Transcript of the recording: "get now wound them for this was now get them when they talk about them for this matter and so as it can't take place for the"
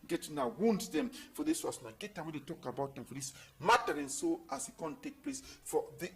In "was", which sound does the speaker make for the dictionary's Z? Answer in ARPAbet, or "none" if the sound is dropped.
S